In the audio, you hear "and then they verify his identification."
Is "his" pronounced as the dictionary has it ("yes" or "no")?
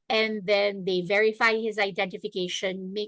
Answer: yes